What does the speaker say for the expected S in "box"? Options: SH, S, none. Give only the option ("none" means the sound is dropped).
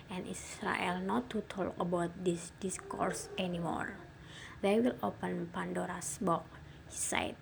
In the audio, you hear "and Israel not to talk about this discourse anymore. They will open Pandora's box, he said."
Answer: none